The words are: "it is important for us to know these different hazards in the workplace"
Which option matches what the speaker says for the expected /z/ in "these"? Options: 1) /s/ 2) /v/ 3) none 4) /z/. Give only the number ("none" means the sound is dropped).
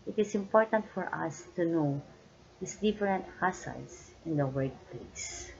1